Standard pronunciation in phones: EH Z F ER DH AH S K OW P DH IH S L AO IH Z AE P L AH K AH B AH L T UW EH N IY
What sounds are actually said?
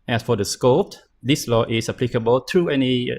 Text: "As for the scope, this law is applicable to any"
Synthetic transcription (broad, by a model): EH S F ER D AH S K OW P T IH S L AO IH S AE P L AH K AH B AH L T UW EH N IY